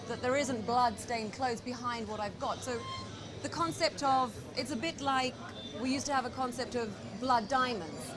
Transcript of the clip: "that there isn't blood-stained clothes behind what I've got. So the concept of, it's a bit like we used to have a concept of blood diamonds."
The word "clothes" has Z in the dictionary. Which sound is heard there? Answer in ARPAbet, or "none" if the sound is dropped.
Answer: Z